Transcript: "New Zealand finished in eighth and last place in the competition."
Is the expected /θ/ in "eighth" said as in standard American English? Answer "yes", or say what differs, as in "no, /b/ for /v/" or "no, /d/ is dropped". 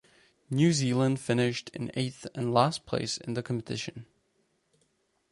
yes